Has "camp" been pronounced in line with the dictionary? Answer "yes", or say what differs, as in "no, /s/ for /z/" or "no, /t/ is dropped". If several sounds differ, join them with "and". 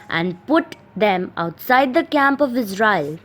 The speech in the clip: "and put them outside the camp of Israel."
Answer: yes